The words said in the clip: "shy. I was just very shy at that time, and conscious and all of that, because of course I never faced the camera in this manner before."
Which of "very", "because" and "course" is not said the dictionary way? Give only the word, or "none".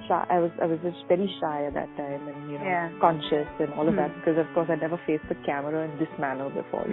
none